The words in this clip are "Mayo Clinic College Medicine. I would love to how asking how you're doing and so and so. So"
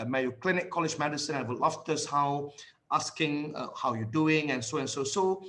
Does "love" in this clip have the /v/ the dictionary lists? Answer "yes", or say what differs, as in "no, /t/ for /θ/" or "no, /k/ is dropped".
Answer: no, /f/ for /v/